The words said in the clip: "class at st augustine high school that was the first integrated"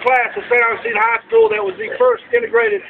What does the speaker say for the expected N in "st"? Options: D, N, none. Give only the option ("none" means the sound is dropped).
none